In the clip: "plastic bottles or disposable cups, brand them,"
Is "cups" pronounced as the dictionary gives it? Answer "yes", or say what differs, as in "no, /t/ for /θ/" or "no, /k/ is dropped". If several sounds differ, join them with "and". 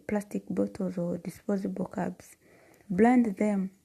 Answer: no, /b/ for /p/